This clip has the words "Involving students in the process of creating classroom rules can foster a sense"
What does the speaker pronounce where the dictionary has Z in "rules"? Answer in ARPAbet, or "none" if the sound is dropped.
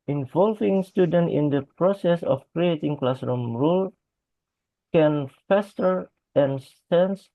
none